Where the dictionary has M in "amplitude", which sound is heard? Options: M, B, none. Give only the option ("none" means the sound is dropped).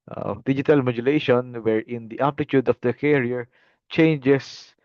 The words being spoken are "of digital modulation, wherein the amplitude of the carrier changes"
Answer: none